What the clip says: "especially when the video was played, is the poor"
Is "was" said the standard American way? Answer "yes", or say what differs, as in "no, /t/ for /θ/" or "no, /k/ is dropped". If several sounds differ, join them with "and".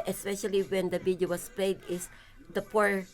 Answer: no, /s/ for /z/